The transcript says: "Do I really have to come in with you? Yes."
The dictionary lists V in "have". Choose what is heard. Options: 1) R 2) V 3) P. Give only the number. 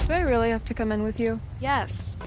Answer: 3